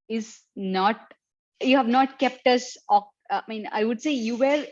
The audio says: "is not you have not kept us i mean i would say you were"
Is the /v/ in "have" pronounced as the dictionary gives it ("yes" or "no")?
yes